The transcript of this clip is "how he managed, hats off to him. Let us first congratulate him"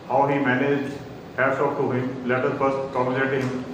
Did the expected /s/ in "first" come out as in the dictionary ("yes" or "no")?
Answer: no